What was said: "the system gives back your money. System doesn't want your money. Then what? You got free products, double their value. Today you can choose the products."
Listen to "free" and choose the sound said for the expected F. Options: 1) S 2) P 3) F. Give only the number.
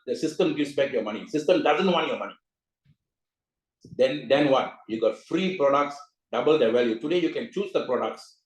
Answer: 3